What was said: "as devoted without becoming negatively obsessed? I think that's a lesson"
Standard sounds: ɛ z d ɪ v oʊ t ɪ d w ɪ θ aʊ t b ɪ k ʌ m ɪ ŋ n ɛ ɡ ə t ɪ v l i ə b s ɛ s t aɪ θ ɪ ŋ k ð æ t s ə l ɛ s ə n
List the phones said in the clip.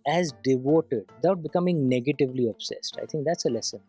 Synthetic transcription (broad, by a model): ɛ z d ɪ v oʊ t ɪ d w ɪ t aʊ t b ɪ k ʌ m ɪ ŋ n ɛ ɡ ə t ɪ v l i ə b s ɛ s t aɪ t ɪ ŋ k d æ t s ə l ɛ s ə n